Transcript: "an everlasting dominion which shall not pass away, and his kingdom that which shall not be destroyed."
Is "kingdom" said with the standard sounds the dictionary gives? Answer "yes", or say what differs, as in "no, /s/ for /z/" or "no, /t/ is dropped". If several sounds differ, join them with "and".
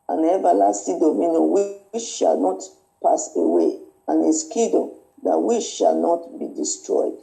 no, /ŋ/ is dropped